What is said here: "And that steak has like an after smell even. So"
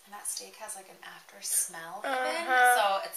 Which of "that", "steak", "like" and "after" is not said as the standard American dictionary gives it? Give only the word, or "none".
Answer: none